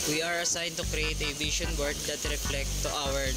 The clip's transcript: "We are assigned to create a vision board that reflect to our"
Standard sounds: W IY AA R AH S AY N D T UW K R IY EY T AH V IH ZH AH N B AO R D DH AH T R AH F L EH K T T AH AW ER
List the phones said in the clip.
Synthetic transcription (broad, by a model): W IY AA R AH S AY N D T UW K R IY EY T AH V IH SH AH N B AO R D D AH T R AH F L EH K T T AW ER